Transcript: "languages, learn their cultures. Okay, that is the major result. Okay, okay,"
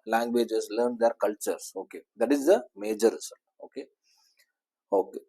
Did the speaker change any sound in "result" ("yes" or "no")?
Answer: yes